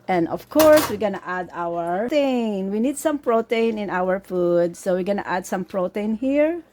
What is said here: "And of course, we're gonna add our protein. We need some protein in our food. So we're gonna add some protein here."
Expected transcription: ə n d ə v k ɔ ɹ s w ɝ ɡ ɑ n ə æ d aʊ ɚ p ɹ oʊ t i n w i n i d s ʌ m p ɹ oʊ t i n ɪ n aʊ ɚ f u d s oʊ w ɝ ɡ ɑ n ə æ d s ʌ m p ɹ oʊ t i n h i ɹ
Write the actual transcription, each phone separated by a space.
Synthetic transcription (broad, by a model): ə n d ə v k ɔ ɹ s w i ɡ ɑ n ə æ d aʊ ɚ ɹ t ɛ n w i n i d s ʌ m p ɹ oʊ t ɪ n ɪ n aʊ ɚ f u d s oʊ w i ɡ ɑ n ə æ d s ʌ m p ɹ oʊ t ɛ n h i ɹ